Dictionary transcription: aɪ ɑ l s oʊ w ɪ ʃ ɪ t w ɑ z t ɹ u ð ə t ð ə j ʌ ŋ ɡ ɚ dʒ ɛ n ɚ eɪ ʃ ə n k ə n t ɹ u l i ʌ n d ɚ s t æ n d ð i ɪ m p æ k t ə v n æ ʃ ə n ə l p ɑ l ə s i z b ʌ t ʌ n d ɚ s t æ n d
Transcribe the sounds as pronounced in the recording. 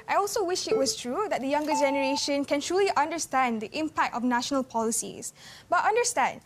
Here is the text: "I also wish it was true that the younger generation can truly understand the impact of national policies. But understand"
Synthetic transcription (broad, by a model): aɪ ɑ l s oʊ w ɪ ʃ ɪ t w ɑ s t ɹ u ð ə t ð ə j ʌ ŋ ɡ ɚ dʒ ɛ n ɚ eɪ ʃ ə n k ə n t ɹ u l i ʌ n d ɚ s t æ n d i ɪ m p æ k t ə f n æ ʃ ə n ə l p ɑ l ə s i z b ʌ t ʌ n d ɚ s t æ n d